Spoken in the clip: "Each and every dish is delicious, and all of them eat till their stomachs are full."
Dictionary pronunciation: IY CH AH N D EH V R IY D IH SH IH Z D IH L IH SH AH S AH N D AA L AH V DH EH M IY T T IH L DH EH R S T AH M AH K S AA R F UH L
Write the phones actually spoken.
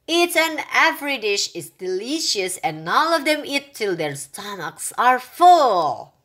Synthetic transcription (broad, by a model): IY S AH N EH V R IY D IH SH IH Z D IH L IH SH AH S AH N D AA L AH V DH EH M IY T T IH L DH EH R S T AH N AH K S AA R F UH L